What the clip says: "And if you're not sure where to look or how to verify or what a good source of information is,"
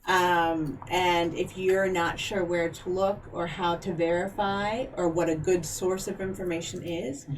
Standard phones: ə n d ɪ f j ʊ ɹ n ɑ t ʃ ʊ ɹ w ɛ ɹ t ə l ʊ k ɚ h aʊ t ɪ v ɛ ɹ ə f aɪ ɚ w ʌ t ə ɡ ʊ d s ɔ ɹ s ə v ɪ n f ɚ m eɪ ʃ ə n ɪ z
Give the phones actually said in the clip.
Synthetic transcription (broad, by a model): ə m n ɪ f j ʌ ɹ n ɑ t ʃ ʊ ɹ w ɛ ɹ t ə l ʊ k ɚ h aʊ t ɪ v ɛ ɹ ə f aɪ ɚ w ʌ t ə ɡ ʊ d s ɔ ɹ s ə v ɪ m f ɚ m eɪ ʃ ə n ɪ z